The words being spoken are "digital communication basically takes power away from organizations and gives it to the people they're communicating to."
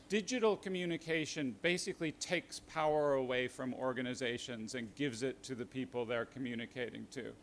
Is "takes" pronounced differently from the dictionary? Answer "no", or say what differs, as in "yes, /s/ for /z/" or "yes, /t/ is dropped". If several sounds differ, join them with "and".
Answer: no